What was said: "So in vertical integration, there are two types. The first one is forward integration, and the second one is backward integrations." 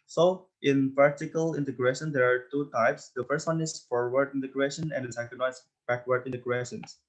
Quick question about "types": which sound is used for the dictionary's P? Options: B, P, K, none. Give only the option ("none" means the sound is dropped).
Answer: P